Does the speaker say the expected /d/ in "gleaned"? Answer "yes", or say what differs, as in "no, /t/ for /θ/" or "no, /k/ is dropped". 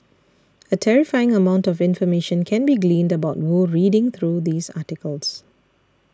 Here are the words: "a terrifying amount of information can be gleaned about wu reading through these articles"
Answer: yes